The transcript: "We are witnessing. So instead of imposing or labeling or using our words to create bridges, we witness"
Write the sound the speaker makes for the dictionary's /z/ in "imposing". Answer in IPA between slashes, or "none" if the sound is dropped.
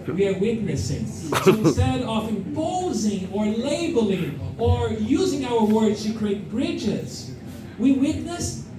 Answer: /z/